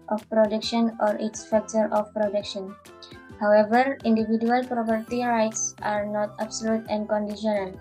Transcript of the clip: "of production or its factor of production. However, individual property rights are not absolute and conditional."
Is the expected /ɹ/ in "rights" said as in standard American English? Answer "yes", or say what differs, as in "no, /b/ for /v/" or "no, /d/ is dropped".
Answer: yes